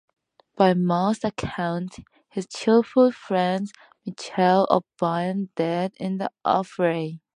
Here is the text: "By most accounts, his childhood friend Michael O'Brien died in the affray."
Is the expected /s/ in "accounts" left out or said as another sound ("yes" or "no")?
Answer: yes